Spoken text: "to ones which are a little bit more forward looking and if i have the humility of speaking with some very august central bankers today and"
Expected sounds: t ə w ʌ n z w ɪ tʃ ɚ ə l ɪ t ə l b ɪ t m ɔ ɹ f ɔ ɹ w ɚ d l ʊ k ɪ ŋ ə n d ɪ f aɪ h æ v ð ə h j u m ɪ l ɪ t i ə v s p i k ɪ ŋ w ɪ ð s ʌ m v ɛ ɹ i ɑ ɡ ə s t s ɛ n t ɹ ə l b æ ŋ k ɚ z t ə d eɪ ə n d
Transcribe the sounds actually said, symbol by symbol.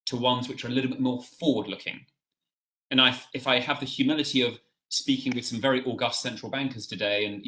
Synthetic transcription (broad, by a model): t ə w ʌ n z w ɪ tʃ ɚ ə l ɪ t l b ɪ t m ɔ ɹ f ɔ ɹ w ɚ d l ʊ k ɪ ŋ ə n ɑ ɪ f aɪ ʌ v ð ə h j u m ɪ l ɪ t i ə v s p i k ɪ ŋ w ɪ ð s ʌ m v ɛ ɹ i ɑ ɡ ə s t s ɛ n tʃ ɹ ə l b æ ŋ k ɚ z t ə d eɪ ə n